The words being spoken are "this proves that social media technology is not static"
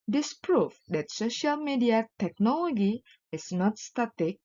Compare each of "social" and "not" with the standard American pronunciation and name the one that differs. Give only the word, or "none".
none